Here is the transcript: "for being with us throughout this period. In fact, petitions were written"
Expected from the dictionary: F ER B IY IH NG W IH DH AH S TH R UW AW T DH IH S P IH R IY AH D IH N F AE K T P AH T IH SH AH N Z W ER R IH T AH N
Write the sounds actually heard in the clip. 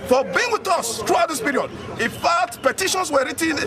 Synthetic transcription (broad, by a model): F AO B IY IH NG W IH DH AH S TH R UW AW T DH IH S P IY R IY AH D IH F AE T P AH T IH SH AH N S W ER R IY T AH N